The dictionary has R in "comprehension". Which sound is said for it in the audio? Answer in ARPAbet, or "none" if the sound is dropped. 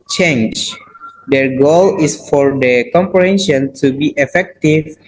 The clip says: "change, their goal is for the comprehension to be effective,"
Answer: R